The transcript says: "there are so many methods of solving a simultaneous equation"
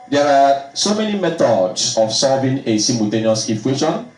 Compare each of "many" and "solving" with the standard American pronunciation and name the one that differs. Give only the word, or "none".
solving